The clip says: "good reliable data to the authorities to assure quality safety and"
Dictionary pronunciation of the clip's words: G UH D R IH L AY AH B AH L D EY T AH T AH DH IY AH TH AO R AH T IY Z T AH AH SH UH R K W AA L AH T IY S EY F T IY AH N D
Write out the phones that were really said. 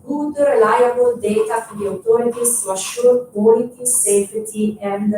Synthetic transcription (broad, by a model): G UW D R IH L AY AH B AH L D EY T AH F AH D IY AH T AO R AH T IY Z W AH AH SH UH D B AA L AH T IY S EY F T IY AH N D